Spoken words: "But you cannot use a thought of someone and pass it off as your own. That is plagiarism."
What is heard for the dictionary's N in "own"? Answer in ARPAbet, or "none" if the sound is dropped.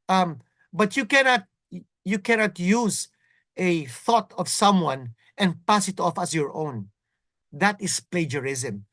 N